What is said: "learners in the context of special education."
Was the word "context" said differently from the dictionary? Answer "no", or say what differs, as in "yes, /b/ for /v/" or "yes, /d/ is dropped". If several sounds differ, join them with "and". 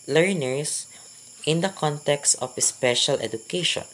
no